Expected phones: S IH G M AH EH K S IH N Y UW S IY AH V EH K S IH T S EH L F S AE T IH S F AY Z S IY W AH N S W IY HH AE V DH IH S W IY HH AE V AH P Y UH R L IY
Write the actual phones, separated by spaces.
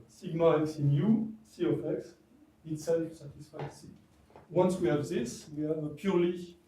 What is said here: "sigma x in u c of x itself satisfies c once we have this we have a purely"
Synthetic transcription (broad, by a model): S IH G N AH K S IH N Y UW S IY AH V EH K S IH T S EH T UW S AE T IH S F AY S IY W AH N S W IY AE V DH IH S W IY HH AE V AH P Y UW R L IY